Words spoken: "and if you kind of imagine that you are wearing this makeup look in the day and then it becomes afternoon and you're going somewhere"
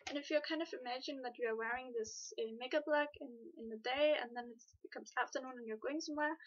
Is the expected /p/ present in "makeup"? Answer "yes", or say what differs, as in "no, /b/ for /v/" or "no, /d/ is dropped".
no, /b/ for /p/